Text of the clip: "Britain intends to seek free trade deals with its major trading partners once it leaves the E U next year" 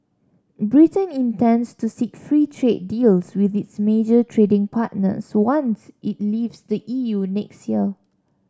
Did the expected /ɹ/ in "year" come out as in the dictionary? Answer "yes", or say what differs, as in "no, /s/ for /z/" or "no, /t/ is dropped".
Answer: no, /l/ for /ɹ/